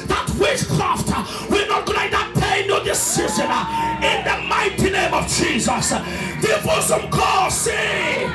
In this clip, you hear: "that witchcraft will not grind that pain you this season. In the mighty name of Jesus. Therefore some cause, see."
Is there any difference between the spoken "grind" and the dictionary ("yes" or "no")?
yes